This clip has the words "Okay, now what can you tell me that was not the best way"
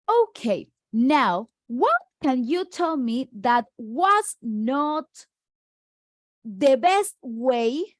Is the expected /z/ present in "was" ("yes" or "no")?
no